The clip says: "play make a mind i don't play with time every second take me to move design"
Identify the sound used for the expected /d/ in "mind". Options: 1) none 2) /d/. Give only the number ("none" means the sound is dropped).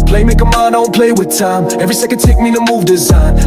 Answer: 1